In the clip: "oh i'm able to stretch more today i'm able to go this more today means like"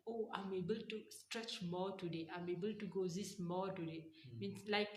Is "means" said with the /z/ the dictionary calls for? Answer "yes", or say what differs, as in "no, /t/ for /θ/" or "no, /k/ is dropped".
no, /s/ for /z/